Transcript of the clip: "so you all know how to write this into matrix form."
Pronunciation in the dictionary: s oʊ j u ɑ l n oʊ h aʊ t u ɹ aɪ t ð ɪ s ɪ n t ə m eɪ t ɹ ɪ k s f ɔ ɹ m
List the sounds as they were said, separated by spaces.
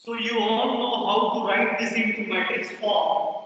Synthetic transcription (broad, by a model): s oʊ j u ɑ l n oʊ h aʊ t u ɹ aɪ t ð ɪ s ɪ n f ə m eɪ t ɪ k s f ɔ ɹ